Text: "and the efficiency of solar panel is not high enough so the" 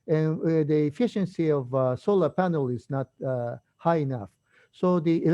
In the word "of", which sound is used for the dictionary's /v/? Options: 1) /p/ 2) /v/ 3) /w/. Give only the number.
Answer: 2